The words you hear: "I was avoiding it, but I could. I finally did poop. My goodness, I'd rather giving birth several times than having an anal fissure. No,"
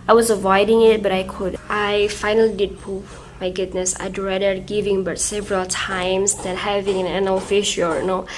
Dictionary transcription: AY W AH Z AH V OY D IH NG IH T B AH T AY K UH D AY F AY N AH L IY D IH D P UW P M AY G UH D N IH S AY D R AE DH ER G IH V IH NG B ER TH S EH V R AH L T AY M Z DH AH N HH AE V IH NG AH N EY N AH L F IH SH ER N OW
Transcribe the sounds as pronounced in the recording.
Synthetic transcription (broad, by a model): AY W AH Z AH V OY D IH NG IH T B AH T AY K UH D AY F AY N AH L IY D IH D P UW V M AY G UH D N IH S AY D R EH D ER G IH V IH NG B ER T S EH V R AH L T AY M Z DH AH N HH AE V IH NG AH N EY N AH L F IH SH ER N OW